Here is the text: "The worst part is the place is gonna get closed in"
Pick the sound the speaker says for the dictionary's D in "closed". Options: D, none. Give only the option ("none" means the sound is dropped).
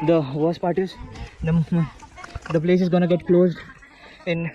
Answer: D